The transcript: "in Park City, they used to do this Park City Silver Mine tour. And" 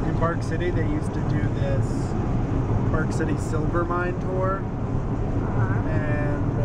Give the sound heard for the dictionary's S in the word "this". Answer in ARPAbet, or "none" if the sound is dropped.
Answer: S